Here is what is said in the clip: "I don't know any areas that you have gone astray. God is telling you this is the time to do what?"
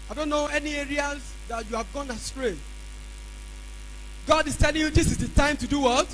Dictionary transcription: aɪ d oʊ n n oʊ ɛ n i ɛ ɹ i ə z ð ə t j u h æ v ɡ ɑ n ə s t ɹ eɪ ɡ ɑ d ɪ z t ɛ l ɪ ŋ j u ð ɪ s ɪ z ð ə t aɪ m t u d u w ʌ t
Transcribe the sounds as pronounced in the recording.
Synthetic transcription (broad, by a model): aɪ d oʊ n n oʊ ɛ n i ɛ ɹ i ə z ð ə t j u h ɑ v ɡ ɑ n ə s t ɹ eɪ ɡ ɑ d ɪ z t ɛ l ɪ ŋ j u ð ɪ s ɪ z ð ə t aɪ m t u d u w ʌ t